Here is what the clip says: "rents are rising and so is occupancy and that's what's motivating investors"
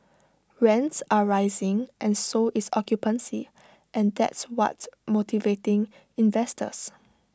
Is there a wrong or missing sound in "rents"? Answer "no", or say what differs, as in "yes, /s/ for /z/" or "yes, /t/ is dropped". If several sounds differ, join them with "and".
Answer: no